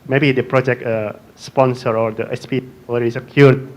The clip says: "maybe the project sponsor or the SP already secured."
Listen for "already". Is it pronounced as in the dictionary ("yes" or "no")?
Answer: no